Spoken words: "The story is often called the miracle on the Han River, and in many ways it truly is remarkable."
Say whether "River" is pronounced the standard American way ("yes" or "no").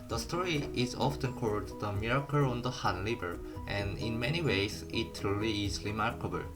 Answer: no